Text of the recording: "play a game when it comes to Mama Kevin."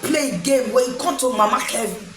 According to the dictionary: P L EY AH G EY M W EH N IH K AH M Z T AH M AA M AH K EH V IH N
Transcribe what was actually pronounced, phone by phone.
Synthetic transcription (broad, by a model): P L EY G EY M W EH IH K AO T AH M AA M AH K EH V